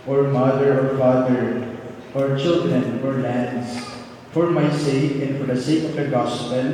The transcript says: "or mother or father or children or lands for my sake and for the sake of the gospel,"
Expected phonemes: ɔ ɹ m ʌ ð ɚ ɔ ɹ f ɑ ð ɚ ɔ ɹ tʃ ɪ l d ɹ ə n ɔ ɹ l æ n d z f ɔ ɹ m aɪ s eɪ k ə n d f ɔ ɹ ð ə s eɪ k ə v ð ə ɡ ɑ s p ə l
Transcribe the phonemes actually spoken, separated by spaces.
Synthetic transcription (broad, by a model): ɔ ɹ m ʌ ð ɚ ɔ ɹ f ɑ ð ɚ ɔ ɹ tʃ ɪ l d ɹ ə n ɔ ɹ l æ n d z f ɔ ɹ m aɪ s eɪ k ə n d f ɔ ɹ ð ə s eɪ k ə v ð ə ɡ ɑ s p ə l